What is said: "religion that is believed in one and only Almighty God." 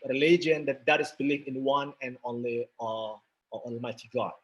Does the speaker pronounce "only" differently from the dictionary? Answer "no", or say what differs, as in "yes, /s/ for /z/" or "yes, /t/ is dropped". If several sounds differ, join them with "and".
no